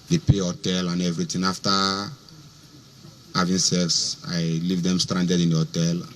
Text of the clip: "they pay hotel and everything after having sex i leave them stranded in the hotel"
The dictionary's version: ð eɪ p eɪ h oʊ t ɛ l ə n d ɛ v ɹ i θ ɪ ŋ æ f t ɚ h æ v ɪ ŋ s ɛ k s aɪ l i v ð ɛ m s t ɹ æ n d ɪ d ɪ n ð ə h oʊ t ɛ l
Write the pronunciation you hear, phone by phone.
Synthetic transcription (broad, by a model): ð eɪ p eɪ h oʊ t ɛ l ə n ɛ v ɹ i t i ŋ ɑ f t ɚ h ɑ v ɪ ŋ s ɛ k s aɪ l i v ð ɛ m s t ɹ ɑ n d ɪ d ɪ n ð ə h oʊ t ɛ l